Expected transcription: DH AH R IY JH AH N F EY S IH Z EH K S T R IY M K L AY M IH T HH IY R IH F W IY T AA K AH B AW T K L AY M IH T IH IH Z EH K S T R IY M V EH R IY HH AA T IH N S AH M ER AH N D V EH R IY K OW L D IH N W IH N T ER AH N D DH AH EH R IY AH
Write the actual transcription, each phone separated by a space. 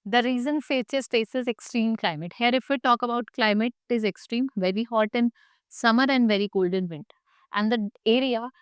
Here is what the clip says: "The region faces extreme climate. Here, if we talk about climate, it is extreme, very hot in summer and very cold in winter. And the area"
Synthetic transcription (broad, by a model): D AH R IY Z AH N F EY S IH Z EH K S T R IY M K L AY M IH T HH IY R IH F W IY T AA K AH B AW T K L AY M IH T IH IH Z EH K S T R IY M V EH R IY HH AA T IH N S AH M ER AH N D V EH R IY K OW L D IH N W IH N T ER AH N D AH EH R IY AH